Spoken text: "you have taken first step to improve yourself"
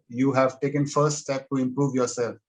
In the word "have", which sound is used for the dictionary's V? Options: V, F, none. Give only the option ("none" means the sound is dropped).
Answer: V